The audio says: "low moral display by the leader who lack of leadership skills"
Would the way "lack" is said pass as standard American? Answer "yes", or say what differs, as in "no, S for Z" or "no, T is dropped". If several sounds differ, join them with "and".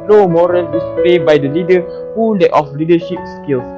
no, K is dropped